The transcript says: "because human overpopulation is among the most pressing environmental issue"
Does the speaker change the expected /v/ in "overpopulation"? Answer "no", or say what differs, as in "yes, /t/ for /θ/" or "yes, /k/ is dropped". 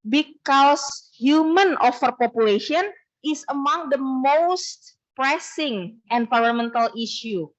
yes, /f/ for /v/